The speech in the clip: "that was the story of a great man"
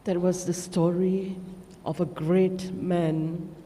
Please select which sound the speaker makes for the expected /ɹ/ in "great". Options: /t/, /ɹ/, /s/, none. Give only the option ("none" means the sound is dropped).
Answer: /ɹ/